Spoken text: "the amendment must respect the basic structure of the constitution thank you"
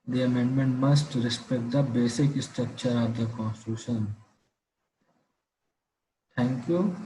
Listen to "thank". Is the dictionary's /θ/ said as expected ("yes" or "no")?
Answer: no